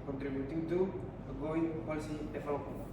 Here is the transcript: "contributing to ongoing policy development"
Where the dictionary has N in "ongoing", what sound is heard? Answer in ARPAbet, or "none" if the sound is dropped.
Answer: none